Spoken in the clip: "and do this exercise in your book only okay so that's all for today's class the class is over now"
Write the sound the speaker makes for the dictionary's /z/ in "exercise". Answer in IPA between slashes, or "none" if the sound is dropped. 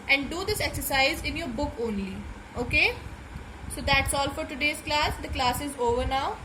/z/